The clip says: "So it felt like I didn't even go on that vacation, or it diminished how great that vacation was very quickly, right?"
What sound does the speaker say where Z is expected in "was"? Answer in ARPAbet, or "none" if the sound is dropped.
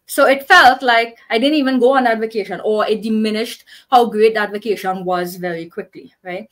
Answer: Z